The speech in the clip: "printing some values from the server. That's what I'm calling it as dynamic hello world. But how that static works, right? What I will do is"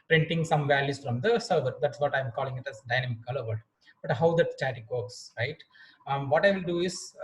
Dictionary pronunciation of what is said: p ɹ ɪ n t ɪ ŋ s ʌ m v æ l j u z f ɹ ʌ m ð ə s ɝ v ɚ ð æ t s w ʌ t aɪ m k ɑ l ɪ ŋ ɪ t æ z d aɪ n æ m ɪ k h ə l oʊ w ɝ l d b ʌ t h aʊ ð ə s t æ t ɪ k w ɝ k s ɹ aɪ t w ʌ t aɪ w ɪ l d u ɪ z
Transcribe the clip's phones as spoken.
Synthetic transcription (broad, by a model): p ɹ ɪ n t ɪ ŋ s ʌ m v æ l j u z f ɹ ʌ m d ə s ɝ v ɚ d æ t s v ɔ t aɪ m k ɑ l ɪ ŋ ɪ t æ s d aɪ n æ m ɪ k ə l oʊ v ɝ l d b ʌ t h aʊ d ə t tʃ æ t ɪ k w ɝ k s ɹ aɪ t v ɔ t aɪ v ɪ l d u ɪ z